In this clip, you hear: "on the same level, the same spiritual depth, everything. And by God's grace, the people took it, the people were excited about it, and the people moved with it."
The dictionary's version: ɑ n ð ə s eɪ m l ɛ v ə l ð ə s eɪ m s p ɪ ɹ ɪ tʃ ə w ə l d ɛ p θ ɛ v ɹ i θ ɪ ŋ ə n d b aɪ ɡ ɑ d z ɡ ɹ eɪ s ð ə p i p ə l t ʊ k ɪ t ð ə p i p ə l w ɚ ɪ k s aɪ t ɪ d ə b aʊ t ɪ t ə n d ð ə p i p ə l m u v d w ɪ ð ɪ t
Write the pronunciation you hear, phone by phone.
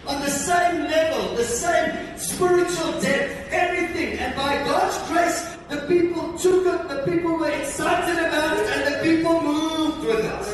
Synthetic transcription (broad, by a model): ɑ n ð ə s eɪ m l ɛ v ə l ð ə s eɪ m s p ɪ ɹ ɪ tʃ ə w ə l d ɛ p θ ɛ v ɹ i θ ɪ ŋ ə n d b aɪ ɡ ɑ d z ɡ ɹ eɪ s ð ə p i p ə l t ʊ k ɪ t ð ə p i p ə l w ɚ ɪ k s aɪ t ɪ d ə b aʊ t ɪ t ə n ð ə p i p ə l m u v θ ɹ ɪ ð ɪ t